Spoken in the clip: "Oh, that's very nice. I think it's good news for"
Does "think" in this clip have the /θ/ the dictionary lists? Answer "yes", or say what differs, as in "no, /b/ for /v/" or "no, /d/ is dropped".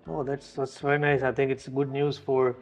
no, /t/ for /θ/